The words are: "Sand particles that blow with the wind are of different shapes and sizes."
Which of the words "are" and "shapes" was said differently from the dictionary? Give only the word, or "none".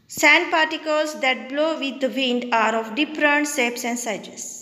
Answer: shapes